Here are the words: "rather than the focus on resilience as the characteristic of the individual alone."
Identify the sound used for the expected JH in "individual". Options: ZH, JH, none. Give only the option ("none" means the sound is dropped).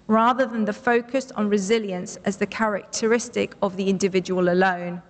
JH